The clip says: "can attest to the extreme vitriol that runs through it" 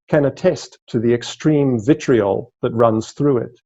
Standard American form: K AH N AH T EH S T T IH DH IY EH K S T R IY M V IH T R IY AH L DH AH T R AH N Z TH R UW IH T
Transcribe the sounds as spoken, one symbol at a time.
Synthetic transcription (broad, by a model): K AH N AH T EH S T T IH DH IY EH K S T R IY M V IH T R IY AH L DH AH T R AH N Z TH R UW IH T